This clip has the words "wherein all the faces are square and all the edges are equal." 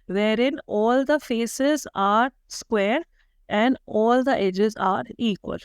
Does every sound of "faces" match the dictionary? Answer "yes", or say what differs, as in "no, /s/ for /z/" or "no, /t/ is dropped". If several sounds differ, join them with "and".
yes